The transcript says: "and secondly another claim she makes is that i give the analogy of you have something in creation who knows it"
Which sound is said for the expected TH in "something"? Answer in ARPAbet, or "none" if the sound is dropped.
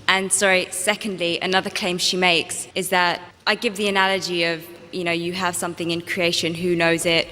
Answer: TH